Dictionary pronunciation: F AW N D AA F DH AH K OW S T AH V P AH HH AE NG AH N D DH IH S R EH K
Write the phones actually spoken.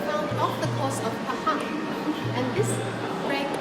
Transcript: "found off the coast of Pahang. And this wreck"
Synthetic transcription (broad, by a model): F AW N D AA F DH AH K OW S AH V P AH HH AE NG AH N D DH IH S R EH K